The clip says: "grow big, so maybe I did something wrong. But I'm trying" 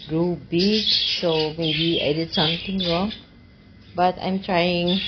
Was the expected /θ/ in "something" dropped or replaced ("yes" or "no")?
yes